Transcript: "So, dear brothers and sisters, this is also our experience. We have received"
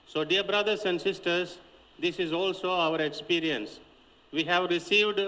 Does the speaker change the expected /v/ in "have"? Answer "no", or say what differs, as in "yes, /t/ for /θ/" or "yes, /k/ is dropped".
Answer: no